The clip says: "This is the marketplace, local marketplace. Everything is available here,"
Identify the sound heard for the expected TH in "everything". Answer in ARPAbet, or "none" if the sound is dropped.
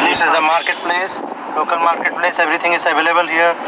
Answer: T